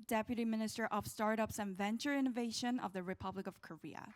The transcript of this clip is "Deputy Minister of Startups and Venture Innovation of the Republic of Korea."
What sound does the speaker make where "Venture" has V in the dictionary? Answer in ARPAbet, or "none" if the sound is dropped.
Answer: V